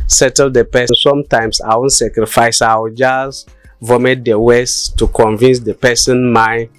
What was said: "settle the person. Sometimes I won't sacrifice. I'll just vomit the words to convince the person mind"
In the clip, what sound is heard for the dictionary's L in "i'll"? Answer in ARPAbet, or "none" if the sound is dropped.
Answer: W